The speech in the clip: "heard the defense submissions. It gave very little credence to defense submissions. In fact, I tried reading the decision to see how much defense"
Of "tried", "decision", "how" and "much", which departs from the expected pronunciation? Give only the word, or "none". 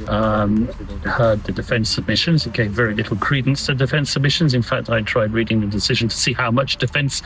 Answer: none